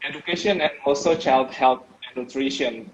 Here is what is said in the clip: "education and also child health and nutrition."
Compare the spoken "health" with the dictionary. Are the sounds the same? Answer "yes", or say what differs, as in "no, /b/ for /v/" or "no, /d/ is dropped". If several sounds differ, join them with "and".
no, /t/ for /θ/